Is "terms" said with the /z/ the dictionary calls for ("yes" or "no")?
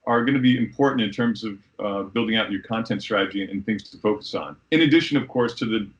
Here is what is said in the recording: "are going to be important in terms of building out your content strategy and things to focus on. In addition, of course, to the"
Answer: yes